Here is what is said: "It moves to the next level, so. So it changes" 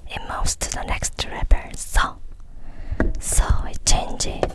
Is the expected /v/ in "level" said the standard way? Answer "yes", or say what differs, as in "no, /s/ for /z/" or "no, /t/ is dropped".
no, /p/ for /v/